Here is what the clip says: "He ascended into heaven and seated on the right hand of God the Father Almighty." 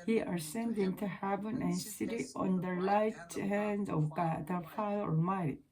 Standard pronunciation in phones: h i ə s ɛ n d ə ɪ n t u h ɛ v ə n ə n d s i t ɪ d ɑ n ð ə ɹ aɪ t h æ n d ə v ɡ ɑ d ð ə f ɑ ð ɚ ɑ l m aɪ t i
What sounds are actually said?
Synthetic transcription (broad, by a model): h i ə s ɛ n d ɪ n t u h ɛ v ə n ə n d s i t ɪ d ɑ n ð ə l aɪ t h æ n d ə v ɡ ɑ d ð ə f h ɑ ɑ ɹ m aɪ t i